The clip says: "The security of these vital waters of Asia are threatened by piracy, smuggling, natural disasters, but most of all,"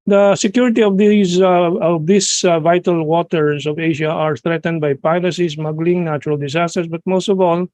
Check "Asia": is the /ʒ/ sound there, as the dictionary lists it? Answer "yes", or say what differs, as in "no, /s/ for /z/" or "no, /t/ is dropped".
no, /ʃ/ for /ʒ/